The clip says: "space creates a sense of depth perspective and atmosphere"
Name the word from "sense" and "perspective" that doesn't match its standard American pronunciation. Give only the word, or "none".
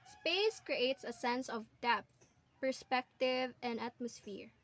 none